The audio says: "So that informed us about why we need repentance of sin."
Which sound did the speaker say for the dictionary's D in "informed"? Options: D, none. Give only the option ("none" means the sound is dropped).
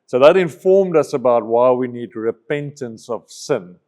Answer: D